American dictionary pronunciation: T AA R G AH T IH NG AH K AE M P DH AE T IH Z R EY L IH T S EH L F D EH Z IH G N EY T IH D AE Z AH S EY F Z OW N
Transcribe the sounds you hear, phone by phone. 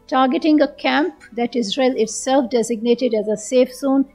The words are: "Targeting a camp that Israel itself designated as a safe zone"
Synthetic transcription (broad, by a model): T AA R G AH T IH NG AH K AE M P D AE T IH Z R EY L IH T S EH L F D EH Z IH G N EY T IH D AE Z AH S EY F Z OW N